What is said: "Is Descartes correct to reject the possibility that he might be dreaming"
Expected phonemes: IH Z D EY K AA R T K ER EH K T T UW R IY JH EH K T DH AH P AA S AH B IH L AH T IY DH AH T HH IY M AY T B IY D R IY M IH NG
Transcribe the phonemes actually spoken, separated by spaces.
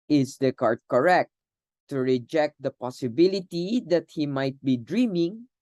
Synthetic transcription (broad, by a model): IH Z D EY K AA R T K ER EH K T T UW R IY JH EH K T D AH P AA S AH B IH L AH T IY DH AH T HH IY M AY T B IY D R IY M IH NG